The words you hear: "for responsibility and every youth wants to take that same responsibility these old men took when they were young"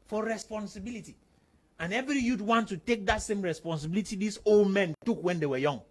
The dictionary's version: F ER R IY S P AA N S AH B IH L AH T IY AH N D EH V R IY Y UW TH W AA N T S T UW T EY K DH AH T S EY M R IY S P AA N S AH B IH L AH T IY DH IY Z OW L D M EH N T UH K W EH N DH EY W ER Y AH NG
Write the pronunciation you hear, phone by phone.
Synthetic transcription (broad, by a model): F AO R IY S P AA N S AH B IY L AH T IY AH N EH V R IY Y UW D W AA N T T UW T EY K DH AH T S EY M R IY S P AA N S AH B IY L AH T IY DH IY S OW L D M EH N T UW K W EH N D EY W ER Y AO NG